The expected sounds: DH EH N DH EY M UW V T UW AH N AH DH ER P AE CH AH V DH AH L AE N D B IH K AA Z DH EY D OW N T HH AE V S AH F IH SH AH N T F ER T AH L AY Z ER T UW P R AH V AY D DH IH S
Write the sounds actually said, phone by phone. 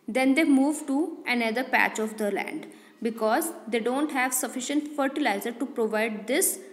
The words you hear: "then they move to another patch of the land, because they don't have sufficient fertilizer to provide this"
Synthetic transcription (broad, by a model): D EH N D EY M UW V T UW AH N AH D ER P AE CH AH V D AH L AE N D B IH K AA Z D EY D OW N T HH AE V S AH F IH SH AH N T F ER T AH L AY Z ER T UW P R AH V AY D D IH S